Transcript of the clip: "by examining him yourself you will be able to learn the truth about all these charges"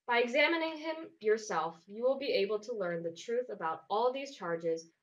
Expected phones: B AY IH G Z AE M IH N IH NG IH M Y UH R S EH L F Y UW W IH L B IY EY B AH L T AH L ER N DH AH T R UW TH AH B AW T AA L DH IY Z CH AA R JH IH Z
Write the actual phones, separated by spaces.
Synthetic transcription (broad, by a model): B AY IH G Z AE M IH N IH NG IH M Y UH R S EH L F Y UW W IH L B IY EY B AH L T AH L ER N DH AH T R UW TH AH B AW T AA L DH IY Z CH AA R JH IH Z